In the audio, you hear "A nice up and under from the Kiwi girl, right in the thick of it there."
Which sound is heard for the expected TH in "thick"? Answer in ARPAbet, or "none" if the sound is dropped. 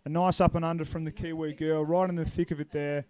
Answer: TH